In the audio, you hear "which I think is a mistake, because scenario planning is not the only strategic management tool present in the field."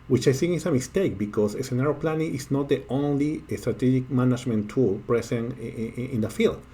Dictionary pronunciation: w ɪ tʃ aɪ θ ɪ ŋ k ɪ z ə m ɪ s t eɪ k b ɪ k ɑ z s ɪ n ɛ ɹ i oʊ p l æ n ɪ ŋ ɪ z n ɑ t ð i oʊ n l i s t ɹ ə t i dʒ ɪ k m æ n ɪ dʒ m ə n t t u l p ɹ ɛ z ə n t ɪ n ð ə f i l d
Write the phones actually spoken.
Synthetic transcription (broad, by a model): w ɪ tʃ aɪ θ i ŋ ɪ s ə m ɪ s t eɪ k b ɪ k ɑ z s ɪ n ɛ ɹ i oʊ p l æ n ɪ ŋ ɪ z n ɑ t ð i oʊ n l i s t ɹ ə t i dʒ ɪ k m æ n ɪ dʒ m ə n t t u l p ɹ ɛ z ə n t ɪ n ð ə f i l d